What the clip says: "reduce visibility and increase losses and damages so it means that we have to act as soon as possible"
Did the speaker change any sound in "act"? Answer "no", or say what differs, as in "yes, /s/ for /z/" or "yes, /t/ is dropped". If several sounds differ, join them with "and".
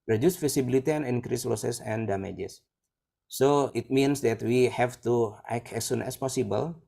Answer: yes, /t/ is dropped